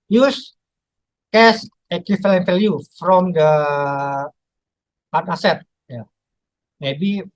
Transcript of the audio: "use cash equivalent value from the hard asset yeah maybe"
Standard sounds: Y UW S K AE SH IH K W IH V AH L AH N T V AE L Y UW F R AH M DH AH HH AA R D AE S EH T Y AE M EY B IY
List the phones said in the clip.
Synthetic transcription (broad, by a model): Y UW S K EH S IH K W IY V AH L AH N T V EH L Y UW F R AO M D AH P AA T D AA S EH T Y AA M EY B IY